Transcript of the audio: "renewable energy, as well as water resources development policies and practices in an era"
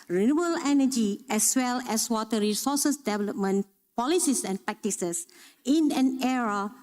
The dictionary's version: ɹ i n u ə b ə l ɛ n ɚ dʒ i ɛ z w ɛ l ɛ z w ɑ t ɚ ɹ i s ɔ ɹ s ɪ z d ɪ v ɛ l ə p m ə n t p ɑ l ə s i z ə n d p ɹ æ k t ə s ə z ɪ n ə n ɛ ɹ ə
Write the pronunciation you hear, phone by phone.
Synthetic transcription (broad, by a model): ɹ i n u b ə l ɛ n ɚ dʒ i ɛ s w ɛ l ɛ s w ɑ t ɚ ɹ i s ɔ s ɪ s d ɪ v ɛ l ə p m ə n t p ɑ l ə s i s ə n p ɹ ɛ k t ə s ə s ɪ n ə n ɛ ɹ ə